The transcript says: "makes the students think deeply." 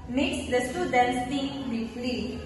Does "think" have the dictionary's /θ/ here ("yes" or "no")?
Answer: no